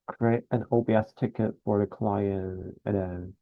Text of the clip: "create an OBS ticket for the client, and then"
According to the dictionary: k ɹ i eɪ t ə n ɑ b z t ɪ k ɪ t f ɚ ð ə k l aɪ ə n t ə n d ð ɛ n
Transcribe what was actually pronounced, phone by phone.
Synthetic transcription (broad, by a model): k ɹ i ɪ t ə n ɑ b s t ɪ k ɪ t f ɚ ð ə k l aɪ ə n ə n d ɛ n